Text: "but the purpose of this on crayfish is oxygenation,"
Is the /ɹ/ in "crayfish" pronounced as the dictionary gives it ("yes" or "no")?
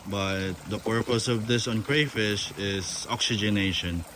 yes